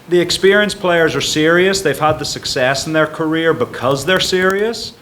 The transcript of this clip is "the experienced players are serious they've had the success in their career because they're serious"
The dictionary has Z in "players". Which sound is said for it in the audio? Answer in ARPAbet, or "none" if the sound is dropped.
Z